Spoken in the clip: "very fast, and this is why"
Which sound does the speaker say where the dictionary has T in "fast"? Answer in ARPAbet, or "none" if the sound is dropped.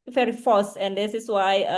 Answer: none